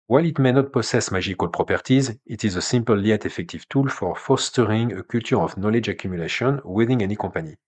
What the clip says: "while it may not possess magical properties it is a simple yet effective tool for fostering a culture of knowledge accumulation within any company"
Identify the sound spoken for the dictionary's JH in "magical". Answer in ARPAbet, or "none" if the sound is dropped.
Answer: ZH